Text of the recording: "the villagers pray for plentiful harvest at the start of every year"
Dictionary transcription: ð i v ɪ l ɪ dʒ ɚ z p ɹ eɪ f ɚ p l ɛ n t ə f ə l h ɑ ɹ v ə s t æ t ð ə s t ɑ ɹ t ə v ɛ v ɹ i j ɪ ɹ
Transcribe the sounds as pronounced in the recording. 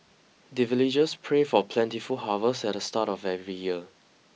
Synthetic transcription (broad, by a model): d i v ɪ l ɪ dʒ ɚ s p ɹ eɪ f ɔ p l ɛ n t ə f ə l h ɑ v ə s ɛ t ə s t ɑ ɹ t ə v ɛ v ɹ i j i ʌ